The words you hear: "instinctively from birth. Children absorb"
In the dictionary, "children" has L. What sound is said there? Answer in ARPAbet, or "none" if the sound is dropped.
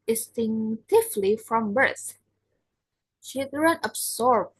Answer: none